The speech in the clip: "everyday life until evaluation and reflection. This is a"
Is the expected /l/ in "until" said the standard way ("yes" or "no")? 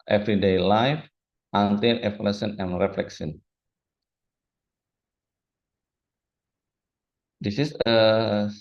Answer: no